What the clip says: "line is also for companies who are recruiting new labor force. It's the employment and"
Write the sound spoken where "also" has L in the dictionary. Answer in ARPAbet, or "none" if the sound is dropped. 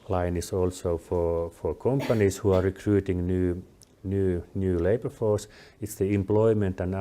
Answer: L